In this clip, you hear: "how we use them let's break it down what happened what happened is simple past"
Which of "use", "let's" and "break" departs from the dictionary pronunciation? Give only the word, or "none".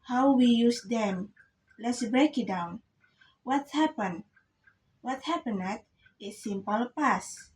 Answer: none